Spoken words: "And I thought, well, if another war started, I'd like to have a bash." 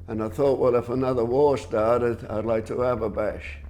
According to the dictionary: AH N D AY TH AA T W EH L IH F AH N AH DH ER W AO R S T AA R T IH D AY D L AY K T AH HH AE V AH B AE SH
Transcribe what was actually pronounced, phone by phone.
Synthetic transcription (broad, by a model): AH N AY TH AA T W EH L IH F AH N AH DH ER W AO R S T AA R T IH D AY D L AY K T AH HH V AH B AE SH